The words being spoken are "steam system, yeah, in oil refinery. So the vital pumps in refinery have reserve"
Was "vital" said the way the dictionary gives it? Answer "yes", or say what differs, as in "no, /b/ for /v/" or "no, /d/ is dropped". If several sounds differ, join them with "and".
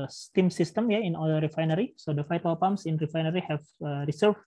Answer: no, /f/ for /v/